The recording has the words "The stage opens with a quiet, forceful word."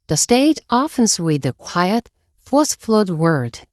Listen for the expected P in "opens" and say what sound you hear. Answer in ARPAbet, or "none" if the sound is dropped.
F